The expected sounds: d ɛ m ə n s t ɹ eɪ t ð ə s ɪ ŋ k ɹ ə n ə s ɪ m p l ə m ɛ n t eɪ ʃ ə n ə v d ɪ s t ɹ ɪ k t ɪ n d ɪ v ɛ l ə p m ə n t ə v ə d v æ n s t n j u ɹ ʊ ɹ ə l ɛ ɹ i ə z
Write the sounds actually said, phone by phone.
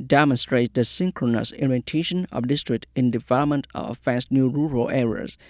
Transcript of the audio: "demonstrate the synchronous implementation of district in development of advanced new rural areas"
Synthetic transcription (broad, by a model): d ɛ m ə n s t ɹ eɪ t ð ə s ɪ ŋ k ɹ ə n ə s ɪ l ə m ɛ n t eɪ ʃ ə n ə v d ɪ s t ɹ ɪ k t ɪ n d ɪ v ɛ l ə p m ə n t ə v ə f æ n s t n j u ɹ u ɹ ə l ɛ ɹ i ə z